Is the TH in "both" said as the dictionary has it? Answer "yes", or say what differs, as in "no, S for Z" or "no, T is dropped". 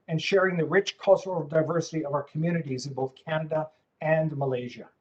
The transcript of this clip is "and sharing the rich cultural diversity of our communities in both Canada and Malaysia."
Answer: yes